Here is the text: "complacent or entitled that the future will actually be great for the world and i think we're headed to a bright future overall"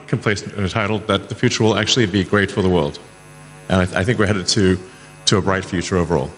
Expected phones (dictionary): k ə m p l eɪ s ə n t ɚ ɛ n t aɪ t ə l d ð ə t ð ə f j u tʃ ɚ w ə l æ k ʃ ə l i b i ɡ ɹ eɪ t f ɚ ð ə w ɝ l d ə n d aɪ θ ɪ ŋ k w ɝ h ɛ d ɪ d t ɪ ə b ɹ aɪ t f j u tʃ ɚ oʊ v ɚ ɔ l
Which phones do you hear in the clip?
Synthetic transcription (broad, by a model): k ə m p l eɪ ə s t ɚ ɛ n t aɪ t l d ð ə t ð ə f j u tʃ ɚ w ə l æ k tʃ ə l i b i ɡ ɹ eɪ t f ɚ ð ə w ɝ l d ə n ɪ aɪ θ ɪ ŋ k w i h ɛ d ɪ t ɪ ə b ɹ aɪ t f j u tʃ ɚ oʊ v ɚ ɔ l